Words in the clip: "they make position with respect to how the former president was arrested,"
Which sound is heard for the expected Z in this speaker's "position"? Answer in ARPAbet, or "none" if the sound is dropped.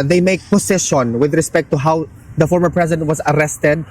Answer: S